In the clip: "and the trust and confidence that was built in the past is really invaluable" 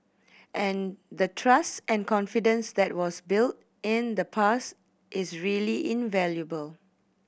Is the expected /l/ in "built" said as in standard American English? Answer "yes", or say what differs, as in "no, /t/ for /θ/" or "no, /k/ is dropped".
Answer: yes